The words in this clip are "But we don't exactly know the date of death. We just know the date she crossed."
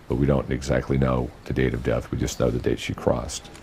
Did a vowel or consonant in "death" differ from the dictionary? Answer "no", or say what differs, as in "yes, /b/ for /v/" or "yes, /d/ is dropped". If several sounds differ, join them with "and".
no